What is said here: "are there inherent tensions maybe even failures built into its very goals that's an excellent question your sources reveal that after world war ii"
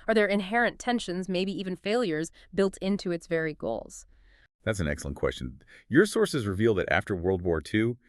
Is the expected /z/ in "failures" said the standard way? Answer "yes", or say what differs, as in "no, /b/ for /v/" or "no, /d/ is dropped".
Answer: yes